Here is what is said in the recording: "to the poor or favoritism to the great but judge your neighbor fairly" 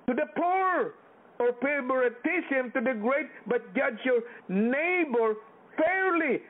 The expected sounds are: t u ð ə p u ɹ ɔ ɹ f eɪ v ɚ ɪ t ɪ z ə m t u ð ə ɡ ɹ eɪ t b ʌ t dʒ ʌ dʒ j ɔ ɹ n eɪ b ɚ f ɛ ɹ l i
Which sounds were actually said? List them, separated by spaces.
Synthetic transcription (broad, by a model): t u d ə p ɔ ɹ ɔ ɹ p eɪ b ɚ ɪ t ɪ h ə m t u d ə ɡ ɹ eɪ t b ʌ t dʒ ʌ dʒ j ɔ ɹ n eɪ b ɚ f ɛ ɹ l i